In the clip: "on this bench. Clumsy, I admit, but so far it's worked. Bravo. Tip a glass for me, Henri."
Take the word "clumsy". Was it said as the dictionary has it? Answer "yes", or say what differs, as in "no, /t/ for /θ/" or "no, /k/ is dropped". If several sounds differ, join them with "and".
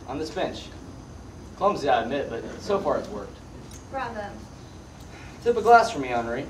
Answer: yes